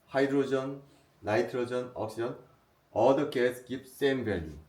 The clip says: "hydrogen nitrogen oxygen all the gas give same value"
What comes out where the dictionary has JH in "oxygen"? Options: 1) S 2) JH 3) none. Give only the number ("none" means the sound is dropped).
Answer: 3